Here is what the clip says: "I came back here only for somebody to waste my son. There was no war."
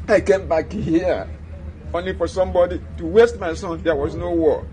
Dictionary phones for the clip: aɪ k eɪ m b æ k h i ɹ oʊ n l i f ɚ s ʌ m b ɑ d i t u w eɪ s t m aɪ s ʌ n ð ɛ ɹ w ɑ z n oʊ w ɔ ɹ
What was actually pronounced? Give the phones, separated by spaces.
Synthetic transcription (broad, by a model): aɪ k eɪ m b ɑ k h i oʊ n l i f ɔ s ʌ m b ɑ d i t u w eɪ s t m aɪ s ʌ n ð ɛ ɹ w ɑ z n oʊ w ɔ